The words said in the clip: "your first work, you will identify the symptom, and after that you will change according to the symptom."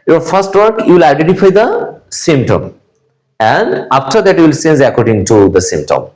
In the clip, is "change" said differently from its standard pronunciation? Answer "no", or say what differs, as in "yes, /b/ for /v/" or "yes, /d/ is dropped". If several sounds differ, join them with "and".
yes, /s/ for /tʃ/